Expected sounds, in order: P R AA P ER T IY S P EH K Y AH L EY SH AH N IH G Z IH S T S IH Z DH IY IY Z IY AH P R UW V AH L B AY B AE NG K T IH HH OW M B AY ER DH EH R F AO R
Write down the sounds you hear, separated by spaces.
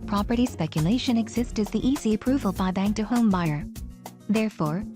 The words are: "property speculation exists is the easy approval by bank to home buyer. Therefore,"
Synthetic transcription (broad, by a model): P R AA P ER T IY S P EH K Y AH L EY SH AH N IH G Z IH S T IH Z DH IY IY Z IY AH P R UW V AH L B AY B AE NG K T IH HH OW M B AY ER DH EH R F AO R